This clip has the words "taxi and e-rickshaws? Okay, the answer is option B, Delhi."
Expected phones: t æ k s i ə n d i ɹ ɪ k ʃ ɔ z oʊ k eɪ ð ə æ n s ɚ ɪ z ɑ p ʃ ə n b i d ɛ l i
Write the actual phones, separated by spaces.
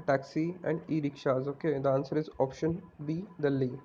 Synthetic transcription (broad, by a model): t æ k s i ə n d i ɹ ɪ k ʃ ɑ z oʊ k eɪ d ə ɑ n s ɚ ɪ z ɑ p ʃ ə n b i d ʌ l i